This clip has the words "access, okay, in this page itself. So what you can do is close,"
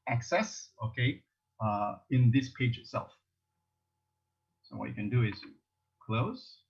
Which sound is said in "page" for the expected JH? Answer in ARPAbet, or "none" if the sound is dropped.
JH